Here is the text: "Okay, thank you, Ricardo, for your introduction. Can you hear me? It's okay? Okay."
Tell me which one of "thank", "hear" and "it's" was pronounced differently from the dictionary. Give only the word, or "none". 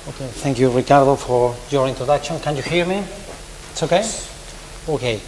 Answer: none